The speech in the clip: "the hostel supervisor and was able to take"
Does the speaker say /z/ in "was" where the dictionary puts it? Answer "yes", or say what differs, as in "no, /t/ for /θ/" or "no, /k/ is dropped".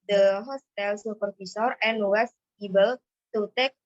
no, /s/ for /z/